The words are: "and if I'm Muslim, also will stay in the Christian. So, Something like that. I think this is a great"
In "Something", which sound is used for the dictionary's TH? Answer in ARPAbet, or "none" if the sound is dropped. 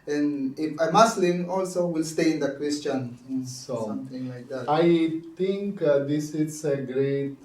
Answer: T